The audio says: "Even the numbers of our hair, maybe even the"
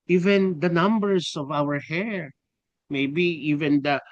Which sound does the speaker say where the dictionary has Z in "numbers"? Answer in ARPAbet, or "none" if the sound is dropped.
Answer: S